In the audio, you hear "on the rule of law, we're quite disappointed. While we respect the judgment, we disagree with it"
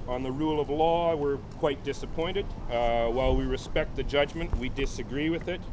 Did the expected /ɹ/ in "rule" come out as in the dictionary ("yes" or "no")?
yes